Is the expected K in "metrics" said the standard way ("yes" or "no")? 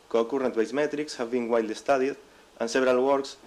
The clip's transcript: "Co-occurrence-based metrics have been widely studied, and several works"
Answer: yes